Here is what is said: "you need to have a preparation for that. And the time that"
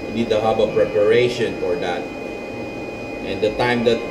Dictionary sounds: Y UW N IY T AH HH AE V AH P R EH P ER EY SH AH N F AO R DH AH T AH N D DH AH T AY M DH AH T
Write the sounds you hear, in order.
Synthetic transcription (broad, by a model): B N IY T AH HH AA B AH P R EH P ER EY SH AH N F AO R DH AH T AH N D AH T AY M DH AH T